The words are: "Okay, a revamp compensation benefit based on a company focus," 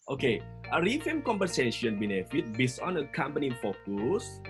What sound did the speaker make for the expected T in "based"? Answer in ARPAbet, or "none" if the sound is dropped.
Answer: none